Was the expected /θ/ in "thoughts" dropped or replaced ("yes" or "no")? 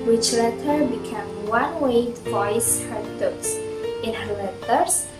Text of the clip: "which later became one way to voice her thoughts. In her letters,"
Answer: yes